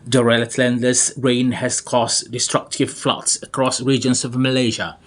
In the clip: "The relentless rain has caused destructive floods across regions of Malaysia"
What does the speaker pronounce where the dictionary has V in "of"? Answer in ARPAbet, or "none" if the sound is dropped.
V